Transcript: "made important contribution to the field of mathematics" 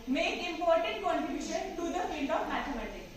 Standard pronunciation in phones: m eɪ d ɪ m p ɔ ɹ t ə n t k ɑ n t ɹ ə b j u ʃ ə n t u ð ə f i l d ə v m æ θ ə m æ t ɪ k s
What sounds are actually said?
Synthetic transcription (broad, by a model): m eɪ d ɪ m p ɔ ɹ t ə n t k ɑ n t ɹ ə b j u ʃ ə n t u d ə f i n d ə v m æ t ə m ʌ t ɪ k